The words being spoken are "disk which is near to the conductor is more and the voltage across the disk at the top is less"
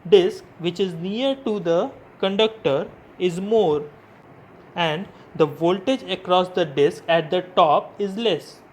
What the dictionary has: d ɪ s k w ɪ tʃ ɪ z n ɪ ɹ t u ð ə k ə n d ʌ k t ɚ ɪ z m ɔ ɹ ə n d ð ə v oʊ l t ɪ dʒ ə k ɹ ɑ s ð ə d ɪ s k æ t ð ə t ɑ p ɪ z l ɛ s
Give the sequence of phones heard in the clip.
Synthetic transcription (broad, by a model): d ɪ s k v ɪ tʃ ɪ z n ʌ ɹ t u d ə k ə n d ʌ k t ɚ ɪ z m ɔ ɹ ə n d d ə v oʊ l t ɪ dʒ ə k ɹ ɑ s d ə d ɪ s k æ t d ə t ɑ p ɪ z l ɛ s